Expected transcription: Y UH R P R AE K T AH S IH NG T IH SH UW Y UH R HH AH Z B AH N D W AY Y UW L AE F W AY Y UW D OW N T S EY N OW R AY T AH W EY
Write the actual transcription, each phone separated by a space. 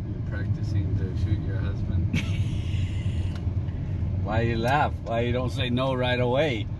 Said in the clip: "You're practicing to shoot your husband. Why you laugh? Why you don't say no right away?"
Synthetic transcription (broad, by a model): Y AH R P R AE K T AH S IH NG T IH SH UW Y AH R HH AH Z B AH N D W AY Y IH L AE F W AY Y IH D OW N T S EY N OW R AY T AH W EY